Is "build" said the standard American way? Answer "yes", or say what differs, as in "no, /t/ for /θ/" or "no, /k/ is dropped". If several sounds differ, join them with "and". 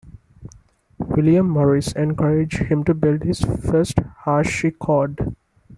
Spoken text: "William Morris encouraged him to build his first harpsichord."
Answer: yes